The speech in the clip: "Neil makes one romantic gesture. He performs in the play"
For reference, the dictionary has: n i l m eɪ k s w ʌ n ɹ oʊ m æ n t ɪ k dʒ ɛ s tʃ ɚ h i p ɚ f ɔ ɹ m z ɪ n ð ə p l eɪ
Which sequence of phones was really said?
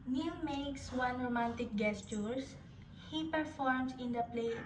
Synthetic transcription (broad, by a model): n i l m eɪ k s w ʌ n ɹ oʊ m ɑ n t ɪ k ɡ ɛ s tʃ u h i p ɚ f ɔ ɹ m s ɪ n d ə p l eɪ